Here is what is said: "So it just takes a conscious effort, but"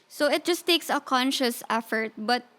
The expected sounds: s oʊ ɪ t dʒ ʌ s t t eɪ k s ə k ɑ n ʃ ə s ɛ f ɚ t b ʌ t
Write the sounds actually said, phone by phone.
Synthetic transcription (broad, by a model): s oʊ ɪ t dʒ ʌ s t t eɪ k s ə k ɑ n ʃ ə s ɛ f ɚ t b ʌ t